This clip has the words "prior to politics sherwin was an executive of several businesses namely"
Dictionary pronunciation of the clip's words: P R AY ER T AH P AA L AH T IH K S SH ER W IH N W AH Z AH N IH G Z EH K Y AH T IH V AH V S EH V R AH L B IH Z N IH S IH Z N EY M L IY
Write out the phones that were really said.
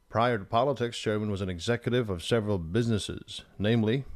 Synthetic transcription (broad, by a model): P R AY ER T AH P AA L AH T IH K S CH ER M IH N W AH Z AH N IH G Z EH K Y AH T IH V AH V S EH V R AH L B IH Z N IH S IH Z N EY M L IY